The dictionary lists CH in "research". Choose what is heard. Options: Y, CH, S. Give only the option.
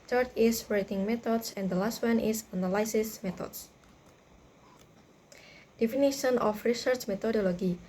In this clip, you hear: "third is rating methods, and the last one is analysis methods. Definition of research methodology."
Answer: CH